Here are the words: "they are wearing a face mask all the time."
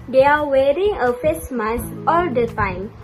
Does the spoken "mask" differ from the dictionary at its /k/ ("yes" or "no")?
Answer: yes